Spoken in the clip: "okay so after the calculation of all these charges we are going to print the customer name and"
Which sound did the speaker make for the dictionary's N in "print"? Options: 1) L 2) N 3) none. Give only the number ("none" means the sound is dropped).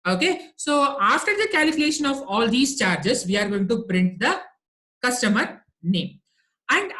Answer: 2